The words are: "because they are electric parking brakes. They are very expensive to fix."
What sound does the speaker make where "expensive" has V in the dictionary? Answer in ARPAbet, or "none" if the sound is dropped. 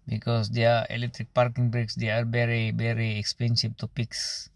B